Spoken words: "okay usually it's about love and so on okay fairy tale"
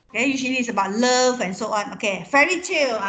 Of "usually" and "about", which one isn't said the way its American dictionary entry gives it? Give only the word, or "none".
usually